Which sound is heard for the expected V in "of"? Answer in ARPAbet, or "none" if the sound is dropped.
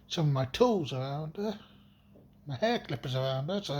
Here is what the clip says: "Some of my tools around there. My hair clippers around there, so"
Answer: V